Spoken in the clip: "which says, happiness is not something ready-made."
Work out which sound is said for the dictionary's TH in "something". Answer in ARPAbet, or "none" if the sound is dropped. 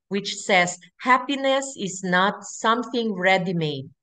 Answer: TH